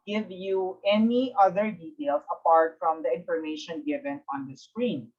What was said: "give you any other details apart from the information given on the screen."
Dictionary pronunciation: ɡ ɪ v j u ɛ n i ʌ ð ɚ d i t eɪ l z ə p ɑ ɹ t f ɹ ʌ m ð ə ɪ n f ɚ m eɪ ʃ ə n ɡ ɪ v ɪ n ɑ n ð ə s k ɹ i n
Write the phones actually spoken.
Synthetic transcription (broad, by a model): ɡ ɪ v j u ɛ n i ʌ ð ɚ d i t eɪ l s ə p ɑ ɹ t f ɹ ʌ m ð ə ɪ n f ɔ m eɪ ʃ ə n ɡ ɪ v ɪ n ɑ n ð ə s k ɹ i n